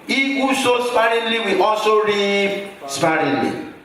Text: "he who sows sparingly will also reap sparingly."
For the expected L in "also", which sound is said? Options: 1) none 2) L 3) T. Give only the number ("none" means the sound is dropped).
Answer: 1